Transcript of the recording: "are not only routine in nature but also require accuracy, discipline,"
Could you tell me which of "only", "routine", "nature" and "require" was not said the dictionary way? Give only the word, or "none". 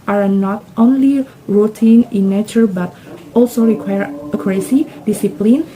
none